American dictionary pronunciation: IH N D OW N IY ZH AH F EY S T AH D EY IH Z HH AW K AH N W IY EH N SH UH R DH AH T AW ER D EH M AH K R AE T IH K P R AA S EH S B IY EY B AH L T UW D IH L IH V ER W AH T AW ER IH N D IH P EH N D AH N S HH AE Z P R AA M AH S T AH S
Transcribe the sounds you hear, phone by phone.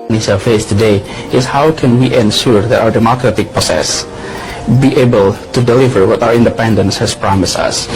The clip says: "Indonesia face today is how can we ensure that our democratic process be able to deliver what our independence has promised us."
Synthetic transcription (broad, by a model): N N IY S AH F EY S T AH D EY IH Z HH AW K AH N W IY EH N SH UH R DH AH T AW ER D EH M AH K R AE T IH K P AA S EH S B IY EY B AH L T UW D IH L IH V ER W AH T AW ER IH N D IH P EH N D AH N S HH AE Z P R AA M AH S T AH S